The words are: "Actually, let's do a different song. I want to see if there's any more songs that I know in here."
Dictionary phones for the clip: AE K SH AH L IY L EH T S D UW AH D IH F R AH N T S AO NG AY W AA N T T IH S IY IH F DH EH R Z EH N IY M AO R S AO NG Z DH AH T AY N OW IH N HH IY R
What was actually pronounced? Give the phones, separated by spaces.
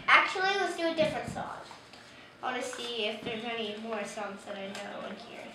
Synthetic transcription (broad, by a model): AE K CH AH L IY W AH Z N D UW AH D IH F R AH N T S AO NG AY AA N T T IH S IY IH F DH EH R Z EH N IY M AO R S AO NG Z DH AH T AY N OW IH N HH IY R